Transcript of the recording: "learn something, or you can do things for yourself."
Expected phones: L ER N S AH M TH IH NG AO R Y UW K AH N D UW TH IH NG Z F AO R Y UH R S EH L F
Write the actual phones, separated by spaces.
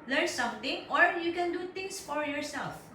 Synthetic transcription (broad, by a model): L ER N S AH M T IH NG AO R Y UW K AH N D UW T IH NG S F AO R Y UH R S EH L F